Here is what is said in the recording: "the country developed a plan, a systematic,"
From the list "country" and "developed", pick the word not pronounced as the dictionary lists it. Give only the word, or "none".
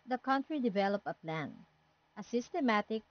developed